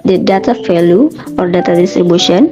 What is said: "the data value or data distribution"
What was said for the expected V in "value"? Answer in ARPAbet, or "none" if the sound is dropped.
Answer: F